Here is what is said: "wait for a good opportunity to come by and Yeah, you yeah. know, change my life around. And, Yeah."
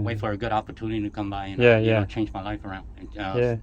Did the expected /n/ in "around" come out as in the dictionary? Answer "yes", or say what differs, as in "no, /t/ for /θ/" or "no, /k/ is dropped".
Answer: yes